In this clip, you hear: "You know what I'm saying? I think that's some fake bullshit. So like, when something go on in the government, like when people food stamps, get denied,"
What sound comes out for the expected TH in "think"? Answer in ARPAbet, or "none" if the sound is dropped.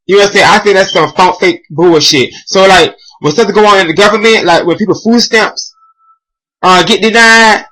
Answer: TH